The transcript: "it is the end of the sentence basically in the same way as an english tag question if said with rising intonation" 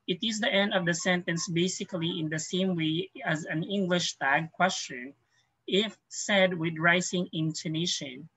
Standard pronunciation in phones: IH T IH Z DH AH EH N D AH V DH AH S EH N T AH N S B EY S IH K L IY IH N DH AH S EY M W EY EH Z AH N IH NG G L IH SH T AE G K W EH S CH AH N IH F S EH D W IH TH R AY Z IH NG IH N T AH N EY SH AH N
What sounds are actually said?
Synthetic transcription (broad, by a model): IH T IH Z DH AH EH N D AH V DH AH S EH N T AH N S B EY S IH K L IY IH N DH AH S EY M W EY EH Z AH N IH NG G L IH SH T AE G K W EH S CH AH N IH F S EH D W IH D R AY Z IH NG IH N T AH N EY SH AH N